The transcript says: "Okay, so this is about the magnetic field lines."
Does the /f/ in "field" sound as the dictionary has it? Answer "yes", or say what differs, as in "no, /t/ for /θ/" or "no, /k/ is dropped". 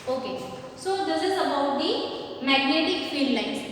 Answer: yes